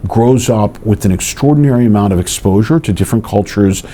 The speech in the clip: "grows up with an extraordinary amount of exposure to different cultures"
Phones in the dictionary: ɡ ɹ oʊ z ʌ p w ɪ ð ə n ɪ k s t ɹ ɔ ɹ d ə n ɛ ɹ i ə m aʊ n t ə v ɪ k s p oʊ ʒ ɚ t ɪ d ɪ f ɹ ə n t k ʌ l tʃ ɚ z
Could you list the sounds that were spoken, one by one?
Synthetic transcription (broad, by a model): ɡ ɹ oʊ z ʌ p w ɪ ð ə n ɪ k s t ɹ ɔ ɹ d n ɛ ɹ i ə m aʊ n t ə v ɪ k s p oʊ ʒ ɚ t ɪ d ɪ f ɹ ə n k ʌ l tʃ ɚ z